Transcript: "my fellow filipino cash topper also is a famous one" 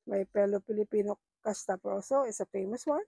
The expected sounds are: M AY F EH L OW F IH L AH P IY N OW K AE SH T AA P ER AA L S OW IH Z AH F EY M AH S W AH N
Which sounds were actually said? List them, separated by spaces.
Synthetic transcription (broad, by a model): M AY P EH L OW P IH L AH P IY N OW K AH S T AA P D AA W S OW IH S AH F EY M AH S W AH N